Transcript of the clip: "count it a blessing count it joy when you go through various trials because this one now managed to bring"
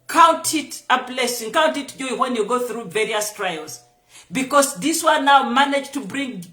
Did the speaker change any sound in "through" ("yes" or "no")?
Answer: no